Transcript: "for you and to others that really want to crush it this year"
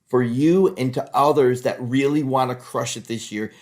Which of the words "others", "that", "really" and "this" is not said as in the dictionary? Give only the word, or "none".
none